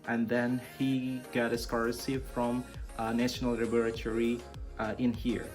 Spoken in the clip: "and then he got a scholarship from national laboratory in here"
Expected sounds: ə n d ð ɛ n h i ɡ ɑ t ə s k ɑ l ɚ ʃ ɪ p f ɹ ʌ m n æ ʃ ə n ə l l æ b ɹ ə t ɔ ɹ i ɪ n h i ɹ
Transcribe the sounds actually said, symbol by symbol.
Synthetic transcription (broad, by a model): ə n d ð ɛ n h i ɡ ɑ t ə s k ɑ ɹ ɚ s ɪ f ɹ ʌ m n æ ʃ ə n ə l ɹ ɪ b ɹ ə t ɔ ɹ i ɪ n h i ɹ